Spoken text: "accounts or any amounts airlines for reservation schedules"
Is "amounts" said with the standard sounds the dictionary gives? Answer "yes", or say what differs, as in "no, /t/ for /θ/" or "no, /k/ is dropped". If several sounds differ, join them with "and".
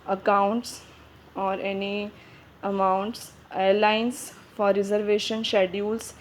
yes